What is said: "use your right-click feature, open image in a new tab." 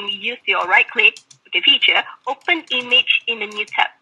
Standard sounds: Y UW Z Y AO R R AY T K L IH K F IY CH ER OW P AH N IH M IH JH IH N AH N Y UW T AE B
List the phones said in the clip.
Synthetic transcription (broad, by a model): Y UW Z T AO L R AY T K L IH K F IY CH ER OW P AH N IH M IH JH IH N AH N Y UW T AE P